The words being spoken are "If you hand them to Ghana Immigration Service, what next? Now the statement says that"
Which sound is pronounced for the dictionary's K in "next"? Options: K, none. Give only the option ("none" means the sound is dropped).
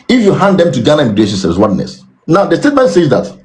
none